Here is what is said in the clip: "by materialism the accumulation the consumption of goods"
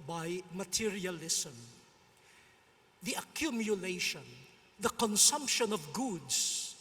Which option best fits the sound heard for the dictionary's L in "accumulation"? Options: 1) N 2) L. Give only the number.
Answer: 2